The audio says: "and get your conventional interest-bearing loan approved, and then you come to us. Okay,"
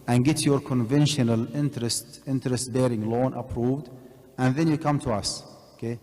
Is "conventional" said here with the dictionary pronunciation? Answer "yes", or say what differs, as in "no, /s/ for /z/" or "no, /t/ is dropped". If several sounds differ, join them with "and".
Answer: yes